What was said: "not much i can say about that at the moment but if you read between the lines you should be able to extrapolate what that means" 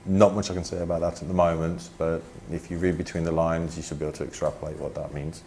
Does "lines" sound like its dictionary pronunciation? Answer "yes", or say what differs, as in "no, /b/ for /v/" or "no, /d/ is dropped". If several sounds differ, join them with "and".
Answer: yes